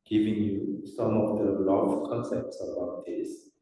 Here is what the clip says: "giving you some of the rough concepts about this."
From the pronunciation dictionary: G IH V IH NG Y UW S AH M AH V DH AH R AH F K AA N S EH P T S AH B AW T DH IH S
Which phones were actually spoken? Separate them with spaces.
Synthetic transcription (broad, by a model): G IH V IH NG Y UW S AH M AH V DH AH L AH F K AA N S EH P T S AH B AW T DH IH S